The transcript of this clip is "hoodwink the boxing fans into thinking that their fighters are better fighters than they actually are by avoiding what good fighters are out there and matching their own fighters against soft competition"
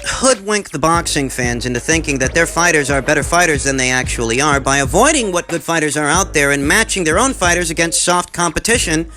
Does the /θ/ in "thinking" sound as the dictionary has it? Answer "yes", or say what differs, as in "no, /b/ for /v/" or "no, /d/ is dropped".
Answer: yes